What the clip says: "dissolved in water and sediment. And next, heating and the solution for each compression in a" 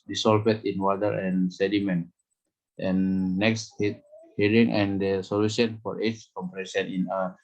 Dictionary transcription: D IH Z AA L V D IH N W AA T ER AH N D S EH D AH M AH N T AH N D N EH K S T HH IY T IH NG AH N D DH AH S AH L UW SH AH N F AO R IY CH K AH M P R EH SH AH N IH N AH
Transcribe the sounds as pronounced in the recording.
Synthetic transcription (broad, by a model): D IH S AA L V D IH N W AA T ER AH N S EH D AH M AH N T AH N N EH K S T HH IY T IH NG AH N D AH S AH L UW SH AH N F AO R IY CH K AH M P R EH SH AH N IH N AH